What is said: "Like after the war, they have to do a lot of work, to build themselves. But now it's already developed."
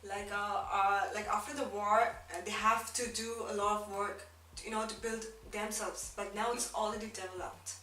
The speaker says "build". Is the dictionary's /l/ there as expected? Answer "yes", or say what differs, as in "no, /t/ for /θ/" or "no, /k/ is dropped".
yes